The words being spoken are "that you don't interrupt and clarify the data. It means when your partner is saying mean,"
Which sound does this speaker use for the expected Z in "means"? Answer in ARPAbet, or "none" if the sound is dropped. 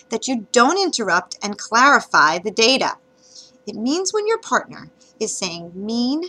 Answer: Z